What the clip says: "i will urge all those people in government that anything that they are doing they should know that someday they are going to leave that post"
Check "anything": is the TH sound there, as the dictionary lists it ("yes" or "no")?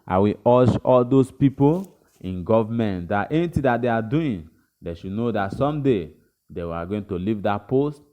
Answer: no